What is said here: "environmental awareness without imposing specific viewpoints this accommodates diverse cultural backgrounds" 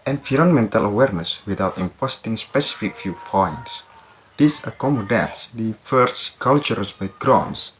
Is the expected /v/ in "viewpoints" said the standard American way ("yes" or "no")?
no